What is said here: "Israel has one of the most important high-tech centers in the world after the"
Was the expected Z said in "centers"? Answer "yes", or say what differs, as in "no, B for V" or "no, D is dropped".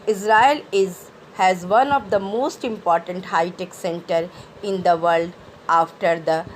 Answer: no, Z is dropped